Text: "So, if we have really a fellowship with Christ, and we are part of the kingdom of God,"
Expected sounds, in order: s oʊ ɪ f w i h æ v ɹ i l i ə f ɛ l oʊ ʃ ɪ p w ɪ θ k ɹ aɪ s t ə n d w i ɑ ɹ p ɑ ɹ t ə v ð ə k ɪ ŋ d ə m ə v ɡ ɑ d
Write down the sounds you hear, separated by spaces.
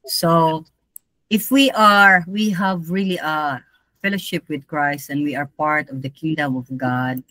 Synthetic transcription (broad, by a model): s oʊ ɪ f w i h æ v ɹ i l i ə f ɛ l oʊ ʃ ɪ p w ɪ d k ɹ aɪ s t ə n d w i ɑ ɹ p ɑ ɹ t ə v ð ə k ɪ ŋ d ə m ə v ɡ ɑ d